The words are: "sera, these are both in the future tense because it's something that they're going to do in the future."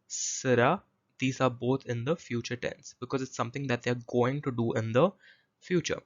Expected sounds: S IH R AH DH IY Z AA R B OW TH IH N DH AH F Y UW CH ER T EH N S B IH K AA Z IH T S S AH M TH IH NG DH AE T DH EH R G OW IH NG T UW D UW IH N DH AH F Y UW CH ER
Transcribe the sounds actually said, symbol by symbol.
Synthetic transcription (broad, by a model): S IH R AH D IY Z AA R B OW T IH N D AH F Y UW CH ER T EH N S B IH K AA Z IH T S S AH M T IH NG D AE T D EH R G OW IH NG T UW D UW IH N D AH F Y UW CH ER